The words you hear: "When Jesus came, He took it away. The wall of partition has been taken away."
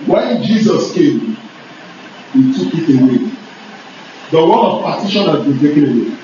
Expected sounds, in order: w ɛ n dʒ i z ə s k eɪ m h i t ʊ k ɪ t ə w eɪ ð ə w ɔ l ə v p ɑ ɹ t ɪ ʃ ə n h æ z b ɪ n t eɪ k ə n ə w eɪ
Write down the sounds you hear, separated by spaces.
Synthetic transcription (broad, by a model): w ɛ n dʒ i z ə s k eɪ m h i t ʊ k ɪ t ə w eɪ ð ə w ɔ n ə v p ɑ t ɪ ʃ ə n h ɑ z b ɪ n t eɪ k ə n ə w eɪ